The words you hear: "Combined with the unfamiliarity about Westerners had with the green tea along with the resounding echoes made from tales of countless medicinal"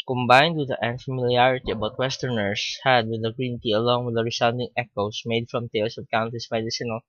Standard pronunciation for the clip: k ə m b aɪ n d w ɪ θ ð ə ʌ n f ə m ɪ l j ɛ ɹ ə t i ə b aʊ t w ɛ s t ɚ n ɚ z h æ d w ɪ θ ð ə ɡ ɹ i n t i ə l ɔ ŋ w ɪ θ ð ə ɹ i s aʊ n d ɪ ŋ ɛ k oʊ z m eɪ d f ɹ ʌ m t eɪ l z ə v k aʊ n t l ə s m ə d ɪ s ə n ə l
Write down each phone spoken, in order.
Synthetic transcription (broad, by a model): k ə m b aɪ n d w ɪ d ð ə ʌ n f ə m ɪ l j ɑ ɹ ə t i ə b aʊ t w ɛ s t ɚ n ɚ s h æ d w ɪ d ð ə ɡ ɹ i n t i ə l ɔ ŋ w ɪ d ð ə ɹ i s aʊ n d ɪ ŋ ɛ k oʊ s m eɪ d f ɹ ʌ m t eɪ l s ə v k aʊ n t ə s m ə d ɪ s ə n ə l